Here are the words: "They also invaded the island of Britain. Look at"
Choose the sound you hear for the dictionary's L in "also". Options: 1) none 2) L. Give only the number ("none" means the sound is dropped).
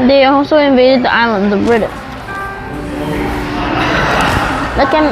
1